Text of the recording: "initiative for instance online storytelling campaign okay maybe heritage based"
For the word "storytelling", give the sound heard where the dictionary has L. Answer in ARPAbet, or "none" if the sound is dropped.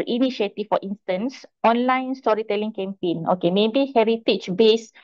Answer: L